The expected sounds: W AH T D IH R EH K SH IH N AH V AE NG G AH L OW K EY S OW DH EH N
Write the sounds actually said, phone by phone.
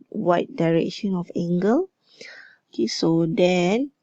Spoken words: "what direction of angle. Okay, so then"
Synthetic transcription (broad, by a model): W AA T D IH R EH K SH IH N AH F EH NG G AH L OW K EY S OW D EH N